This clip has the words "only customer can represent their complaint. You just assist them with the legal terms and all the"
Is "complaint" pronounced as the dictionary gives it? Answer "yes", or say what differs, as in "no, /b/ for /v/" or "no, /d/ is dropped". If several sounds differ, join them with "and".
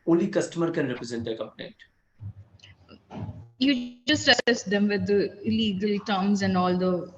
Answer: no, /n/ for /l/ and /n/ is dropped